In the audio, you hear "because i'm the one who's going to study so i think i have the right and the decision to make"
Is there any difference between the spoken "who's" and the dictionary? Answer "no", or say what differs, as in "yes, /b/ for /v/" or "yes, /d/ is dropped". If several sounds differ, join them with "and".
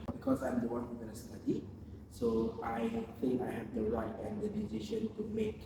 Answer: yes, /z/ is dropped